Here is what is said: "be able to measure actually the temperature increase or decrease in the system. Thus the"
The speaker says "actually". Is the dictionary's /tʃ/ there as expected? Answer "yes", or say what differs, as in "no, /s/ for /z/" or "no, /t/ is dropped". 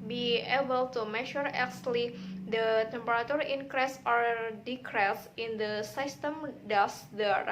no, /s/ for /tʃ/